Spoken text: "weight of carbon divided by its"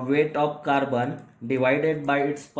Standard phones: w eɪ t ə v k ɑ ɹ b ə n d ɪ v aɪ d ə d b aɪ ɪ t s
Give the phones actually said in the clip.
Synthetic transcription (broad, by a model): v eɪ t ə p k ɑ ɹ b ə n d ɪ v aɪ d ə d b aɪ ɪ t s